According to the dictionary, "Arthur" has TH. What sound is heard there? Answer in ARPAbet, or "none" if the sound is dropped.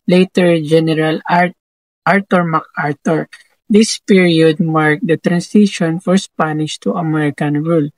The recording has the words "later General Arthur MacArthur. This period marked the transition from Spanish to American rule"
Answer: T